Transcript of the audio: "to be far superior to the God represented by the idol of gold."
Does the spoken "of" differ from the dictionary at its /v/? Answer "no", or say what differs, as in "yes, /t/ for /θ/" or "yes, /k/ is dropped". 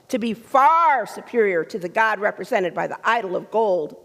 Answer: no